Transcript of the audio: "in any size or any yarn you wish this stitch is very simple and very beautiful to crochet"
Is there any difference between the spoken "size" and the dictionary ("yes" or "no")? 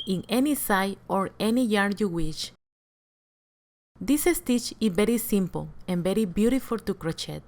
yes